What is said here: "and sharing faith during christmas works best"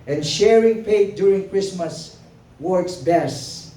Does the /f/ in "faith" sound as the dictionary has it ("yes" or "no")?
no